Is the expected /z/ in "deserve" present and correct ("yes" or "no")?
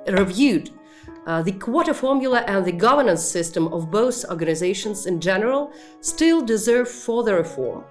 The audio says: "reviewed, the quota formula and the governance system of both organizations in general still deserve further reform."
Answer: yes